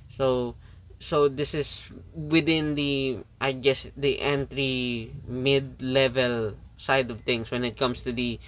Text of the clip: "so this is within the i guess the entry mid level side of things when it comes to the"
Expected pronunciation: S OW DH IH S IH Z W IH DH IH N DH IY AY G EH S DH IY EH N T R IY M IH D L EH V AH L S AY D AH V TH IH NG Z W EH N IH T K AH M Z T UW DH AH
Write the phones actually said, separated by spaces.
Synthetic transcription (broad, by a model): S OW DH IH S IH S W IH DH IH N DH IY AY G EH S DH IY EH N T R IY M IH D L EH V AH L S AY D AH V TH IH NG S W EH N IH T K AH M S T UW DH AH